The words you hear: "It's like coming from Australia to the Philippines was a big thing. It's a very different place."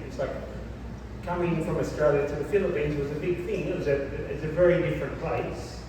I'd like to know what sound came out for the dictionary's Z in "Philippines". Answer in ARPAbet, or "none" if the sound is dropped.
Z